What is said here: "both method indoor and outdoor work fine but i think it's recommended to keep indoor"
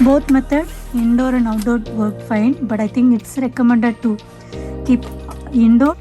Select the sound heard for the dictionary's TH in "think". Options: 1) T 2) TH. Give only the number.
1